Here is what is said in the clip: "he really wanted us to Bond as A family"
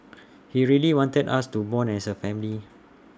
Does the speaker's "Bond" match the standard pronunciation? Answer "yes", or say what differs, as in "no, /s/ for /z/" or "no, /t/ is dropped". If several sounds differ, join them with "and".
no, /d/ is dropped